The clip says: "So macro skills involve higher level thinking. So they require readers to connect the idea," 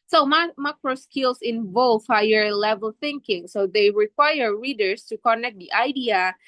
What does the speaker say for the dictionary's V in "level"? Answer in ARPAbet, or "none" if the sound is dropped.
V